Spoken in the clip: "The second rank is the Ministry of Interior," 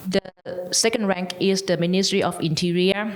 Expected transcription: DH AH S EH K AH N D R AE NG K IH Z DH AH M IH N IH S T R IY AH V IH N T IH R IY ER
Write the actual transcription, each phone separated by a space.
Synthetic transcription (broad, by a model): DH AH S EH K AH N D R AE NG K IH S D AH M IH N IH S T R IY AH F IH N T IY R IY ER